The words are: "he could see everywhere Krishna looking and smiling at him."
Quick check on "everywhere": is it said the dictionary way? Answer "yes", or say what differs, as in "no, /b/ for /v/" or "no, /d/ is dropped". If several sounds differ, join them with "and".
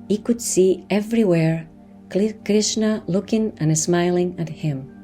yes